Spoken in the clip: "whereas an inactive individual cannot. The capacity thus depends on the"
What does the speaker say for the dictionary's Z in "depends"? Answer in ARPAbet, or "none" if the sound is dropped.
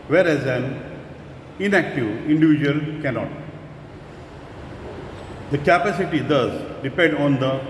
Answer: none